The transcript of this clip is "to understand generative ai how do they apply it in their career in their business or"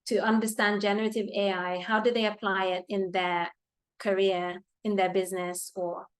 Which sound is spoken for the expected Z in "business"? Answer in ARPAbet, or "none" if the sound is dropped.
Z